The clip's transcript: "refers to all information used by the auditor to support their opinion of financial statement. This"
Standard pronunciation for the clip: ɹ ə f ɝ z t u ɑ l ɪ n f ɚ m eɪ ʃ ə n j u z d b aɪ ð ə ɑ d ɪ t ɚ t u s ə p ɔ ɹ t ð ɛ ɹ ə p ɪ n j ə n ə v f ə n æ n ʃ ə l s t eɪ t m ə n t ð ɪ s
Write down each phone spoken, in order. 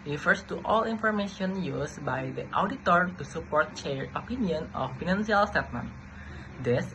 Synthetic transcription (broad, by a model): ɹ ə f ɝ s t u ɑ l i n f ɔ m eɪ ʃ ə n j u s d b aɪ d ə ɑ d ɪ t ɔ t u s ə p ɔ ɹ t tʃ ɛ ɹ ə p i n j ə n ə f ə n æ n s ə l s t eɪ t m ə n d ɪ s